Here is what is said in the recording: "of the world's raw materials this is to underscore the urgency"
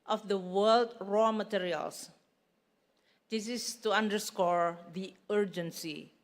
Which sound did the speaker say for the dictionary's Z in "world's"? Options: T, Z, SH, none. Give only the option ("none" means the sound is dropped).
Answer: none